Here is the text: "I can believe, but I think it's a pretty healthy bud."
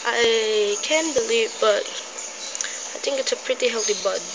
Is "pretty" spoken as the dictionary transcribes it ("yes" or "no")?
yes